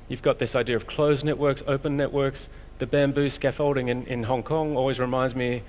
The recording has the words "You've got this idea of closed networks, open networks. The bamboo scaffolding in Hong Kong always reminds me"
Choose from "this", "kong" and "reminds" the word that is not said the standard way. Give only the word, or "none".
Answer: none